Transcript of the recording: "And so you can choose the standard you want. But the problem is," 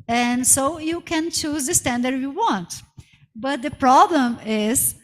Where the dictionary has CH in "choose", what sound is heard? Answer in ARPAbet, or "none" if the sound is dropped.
CH